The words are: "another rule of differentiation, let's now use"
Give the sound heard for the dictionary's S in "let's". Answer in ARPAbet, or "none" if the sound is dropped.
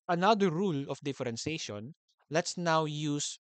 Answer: S